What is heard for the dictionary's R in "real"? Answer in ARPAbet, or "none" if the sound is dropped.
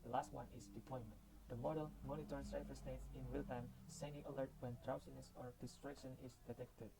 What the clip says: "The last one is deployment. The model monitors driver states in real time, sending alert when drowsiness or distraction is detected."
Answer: W